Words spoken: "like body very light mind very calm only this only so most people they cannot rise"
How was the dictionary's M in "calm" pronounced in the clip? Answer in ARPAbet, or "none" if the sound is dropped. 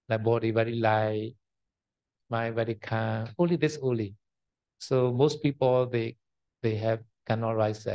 none